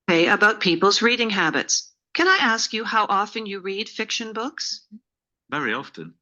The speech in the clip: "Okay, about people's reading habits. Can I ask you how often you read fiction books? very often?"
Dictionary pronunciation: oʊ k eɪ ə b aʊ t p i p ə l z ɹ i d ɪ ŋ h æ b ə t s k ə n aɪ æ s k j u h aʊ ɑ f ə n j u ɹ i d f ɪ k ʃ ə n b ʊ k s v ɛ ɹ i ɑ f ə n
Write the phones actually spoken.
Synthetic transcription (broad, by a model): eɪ ə b aʊ t p i p l z ɹ i d ɪ ŋ h æ b ə t s k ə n aɪ æ s k j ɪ h aʊ ɑ f ə n j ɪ ɹ i d f ɪ k ʃ ə n b ʊ k s v ɛ ɹ i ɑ f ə n